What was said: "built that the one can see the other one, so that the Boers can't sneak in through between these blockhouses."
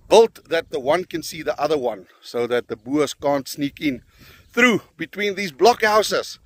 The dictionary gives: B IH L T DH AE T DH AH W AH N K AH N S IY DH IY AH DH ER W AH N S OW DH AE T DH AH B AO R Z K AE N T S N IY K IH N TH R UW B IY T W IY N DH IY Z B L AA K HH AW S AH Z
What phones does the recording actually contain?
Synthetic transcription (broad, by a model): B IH L T DH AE T DH AH W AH N K AH N S IY DH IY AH DH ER W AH N S OW DH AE T DH AH B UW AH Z K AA N T S N IY K IH N TH R UW B IY T W IY N DH IY Z B L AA K HH AW S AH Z